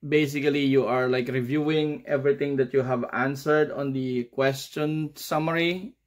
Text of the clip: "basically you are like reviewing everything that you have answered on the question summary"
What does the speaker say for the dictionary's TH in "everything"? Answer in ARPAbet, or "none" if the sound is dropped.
T